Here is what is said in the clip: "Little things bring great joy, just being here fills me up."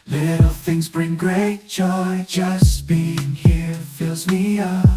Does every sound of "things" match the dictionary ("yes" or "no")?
yes